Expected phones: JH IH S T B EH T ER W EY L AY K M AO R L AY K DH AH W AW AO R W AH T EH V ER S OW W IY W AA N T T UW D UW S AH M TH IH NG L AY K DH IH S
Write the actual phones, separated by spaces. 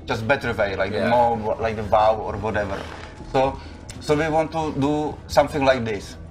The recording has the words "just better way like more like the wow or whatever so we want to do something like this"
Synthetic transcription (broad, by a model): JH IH S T B EH T ER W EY L AY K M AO W L AY K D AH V AW AO R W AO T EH V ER S OW W IY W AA N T T UW D UW S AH M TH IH NG L AY K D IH S